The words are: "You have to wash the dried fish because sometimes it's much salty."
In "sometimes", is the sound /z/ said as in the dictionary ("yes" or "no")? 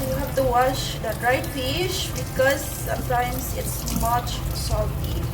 no